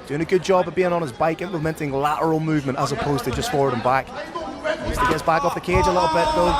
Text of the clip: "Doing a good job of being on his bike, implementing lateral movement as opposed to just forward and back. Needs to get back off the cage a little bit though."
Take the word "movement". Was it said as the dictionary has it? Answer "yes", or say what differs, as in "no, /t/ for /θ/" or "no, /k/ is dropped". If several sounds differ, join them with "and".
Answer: yes